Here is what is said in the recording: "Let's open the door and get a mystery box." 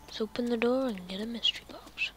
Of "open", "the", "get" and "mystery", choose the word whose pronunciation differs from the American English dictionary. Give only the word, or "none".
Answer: none